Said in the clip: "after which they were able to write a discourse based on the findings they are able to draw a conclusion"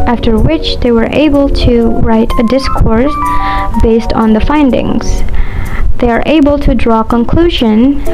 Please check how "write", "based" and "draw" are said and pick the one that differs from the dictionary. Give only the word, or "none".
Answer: none